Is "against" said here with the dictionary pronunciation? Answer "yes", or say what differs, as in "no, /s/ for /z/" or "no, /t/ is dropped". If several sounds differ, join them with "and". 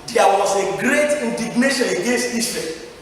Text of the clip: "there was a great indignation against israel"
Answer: yes